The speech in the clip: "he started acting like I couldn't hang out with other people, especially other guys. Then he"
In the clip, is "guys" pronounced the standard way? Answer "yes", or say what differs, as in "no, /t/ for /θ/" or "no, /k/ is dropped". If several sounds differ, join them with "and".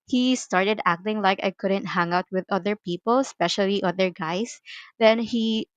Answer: no, /s/ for /z/